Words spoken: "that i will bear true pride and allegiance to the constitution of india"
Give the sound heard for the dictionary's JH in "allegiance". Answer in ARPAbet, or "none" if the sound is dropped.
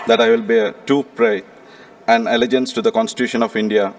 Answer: JH